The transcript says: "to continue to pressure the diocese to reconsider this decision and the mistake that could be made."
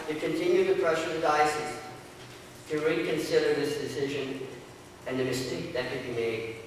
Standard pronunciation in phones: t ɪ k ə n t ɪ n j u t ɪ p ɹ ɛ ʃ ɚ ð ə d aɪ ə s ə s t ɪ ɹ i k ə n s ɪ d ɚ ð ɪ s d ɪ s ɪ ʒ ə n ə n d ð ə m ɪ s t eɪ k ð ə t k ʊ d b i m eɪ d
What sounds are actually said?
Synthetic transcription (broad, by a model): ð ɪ k ə n t ɪ n j u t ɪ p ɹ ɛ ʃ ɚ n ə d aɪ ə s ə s t ɪ ɹ i k ə n s ɪ d ɚ ð ɪ s d ɪ s ɪ ʒ ə n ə n ð ə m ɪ s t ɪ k ð ə t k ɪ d b i m eɪ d